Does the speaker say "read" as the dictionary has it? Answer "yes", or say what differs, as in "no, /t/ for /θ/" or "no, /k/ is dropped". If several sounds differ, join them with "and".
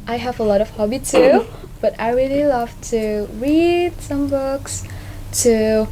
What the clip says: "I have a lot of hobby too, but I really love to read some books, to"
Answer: yes